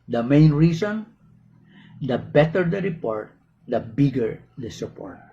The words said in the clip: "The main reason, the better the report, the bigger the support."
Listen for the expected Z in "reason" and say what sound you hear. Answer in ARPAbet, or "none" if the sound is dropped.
S